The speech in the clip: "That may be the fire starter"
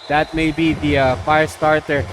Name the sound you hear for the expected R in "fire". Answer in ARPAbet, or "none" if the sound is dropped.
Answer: R